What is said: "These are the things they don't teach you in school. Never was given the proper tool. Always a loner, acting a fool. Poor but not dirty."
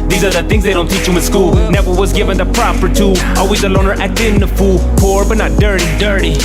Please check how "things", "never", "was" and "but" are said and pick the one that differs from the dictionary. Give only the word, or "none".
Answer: none